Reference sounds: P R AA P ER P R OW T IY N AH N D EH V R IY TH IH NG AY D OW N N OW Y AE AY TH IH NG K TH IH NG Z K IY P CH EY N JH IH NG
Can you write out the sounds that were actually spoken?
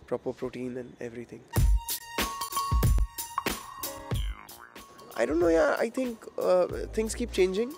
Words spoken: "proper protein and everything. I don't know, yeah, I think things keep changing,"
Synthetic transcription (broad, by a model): P R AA P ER P R OW T IY N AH N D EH V R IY T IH NG AY D OW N N OW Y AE AY T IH NG K T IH NG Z K IY P CH EY N JH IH NG